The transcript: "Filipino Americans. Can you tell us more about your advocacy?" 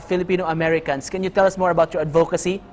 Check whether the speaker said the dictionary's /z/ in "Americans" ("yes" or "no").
no